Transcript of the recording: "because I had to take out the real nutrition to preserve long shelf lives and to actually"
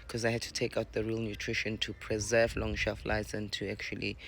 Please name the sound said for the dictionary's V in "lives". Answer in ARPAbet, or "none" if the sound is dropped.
none